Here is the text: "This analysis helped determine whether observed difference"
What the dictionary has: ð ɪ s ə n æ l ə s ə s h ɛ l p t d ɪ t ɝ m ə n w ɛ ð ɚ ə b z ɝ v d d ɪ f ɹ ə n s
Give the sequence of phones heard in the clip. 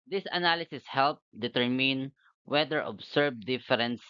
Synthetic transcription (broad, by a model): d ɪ s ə n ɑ l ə s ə s h ɛ l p d ɪ t ɝ m ə n w ɛ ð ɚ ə b s ɝ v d d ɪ f ɹ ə n s